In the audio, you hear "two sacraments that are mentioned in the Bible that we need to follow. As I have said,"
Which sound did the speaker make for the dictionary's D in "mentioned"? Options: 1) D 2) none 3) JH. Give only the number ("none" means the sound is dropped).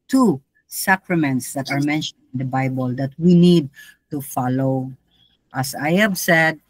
2